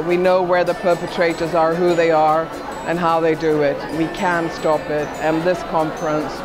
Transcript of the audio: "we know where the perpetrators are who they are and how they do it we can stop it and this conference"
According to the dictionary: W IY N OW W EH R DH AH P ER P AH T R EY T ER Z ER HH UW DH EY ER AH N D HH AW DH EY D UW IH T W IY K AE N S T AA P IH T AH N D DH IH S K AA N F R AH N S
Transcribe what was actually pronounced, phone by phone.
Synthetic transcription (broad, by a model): W IY N OW W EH R DH AH P ER P AH T R EY T ER Z ER HH UW DH EY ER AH N HH AW DH EY D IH IH T W IY K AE N S T AA P IH T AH N DH IH S K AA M F R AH N S